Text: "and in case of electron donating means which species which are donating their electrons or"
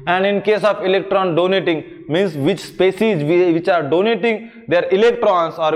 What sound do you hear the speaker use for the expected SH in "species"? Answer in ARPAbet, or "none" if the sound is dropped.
S